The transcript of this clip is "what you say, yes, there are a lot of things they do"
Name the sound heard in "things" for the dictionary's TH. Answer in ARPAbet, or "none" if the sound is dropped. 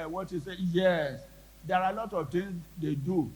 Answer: T